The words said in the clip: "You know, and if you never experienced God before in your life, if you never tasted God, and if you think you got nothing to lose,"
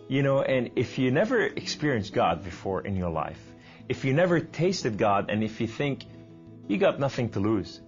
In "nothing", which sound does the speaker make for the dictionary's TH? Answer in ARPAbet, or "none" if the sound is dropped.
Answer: TH